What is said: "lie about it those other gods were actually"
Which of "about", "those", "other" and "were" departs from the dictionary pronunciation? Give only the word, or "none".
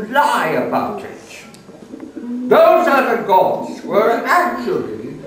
none